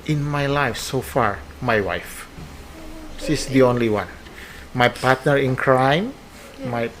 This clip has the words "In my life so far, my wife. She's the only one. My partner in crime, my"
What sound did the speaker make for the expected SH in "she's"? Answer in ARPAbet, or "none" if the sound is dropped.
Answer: S